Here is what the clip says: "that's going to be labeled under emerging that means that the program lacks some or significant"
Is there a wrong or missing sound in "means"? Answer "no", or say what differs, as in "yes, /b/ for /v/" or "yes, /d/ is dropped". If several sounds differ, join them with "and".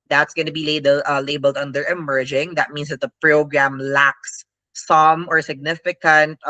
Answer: yes, /s/ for /z/